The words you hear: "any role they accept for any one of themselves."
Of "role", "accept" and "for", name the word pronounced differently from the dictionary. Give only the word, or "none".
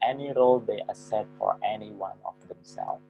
accept